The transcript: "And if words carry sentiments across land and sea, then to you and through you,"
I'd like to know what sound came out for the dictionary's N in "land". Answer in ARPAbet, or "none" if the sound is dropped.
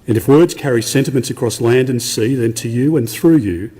N